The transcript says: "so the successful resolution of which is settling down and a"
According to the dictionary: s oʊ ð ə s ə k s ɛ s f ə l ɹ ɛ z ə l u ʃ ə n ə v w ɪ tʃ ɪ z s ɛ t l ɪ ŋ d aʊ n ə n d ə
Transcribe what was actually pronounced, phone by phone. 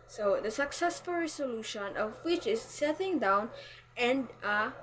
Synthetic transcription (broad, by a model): s oʊ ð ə s ə k s ɛ s f ə l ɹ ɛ s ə l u ʃ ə n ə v w ɪ tʃ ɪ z s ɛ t ɪ ŋ d aʊ n ə n d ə